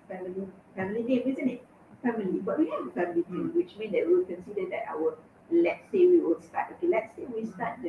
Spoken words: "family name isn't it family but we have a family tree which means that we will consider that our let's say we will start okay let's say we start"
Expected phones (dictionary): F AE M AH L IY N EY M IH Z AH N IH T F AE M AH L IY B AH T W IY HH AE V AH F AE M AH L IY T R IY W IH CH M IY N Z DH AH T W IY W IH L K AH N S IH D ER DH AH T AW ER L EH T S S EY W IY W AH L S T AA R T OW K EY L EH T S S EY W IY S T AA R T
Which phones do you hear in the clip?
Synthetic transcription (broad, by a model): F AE M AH L IY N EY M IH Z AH N IH T F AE M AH L IY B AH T W IY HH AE AH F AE M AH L IY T IY W IH CH M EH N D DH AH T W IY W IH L K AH N S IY D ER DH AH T AW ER L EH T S S EY W IY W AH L S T AA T OW K EY L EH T S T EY W IY S T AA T